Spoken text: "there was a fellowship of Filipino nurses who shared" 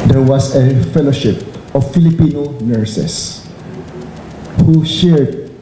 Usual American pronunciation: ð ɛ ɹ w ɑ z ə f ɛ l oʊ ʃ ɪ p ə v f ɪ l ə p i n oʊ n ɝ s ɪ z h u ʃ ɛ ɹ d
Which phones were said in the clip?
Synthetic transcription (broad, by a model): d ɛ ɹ w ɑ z ə f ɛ l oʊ ʃ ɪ p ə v f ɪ l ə p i n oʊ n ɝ s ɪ s h u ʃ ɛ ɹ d